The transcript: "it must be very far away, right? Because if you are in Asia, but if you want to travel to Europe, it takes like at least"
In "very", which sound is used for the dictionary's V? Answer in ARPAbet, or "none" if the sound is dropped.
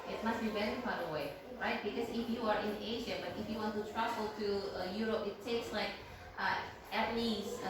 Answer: W